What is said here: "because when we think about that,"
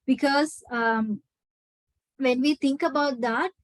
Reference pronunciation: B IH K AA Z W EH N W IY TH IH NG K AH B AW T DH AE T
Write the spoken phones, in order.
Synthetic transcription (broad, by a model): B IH K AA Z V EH N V IY T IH NG K AH B AW T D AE T